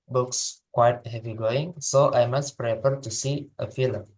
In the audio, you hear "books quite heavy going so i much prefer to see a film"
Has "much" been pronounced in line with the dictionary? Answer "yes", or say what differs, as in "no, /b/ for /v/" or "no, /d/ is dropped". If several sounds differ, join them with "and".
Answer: no, /s/ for /tʃ/